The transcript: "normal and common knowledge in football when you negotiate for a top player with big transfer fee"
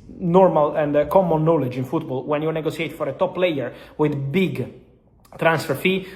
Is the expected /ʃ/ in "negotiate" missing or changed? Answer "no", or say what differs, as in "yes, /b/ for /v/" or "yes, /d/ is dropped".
yes, /s/ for /ʃ/